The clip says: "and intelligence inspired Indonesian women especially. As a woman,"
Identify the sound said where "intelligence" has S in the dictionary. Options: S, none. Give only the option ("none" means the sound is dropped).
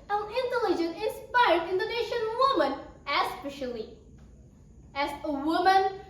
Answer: none